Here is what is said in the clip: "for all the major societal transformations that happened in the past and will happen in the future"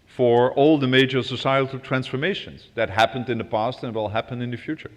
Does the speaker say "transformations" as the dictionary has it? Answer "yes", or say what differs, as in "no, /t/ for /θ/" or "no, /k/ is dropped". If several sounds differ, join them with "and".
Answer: yes